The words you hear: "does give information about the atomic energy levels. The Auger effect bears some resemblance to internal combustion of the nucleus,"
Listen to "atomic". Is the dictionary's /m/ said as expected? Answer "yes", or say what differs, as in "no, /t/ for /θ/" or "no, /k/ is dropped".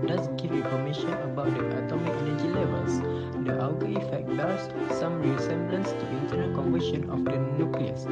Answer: yes